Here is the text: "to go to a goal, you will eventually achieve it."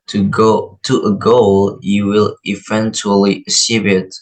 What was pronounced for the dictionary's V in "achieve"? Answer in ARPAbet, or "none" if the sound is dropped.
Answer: B